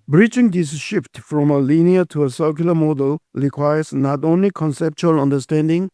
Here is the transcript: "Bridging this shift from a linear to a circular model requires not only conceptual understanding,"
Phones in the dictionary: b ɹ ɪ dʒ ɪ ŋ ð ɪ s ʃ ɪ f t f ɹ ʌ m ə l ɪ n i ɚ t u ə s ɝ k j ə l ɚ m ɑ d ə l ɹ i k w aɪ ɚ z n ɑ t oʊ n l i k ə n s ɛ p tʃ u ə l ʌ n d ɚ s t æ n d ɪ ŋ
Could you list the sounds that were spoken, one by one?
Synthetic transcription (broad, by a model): b ɹ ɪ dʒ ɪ ŋ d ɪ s ʃ ɪ f t f ɹ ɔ m ə l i n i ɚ t u ə s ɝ k j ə l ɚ m ɑ d ə l ɹ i k w aɪ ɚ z n ɑ t oʊ n l i k ə n s ɛ p tʃ u ə l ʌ n d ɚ s t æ n d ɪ ŋ